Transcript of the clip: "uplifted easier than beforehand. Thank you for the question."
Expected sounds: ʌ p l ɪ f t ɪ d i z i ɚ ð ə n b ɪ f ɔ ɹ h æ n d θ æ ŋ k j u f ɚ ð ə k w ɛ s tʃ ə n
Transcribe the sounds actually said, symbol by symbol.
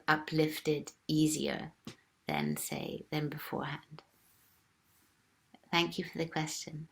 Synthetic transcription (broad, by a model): ʌ p l ɪ f t ɪ d i z i ɚ ð ə n b ɪ f ɔ ɹ h æ n d θ æ ŋ k j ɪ f ɚ ð ə k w ɛ s tʃ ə n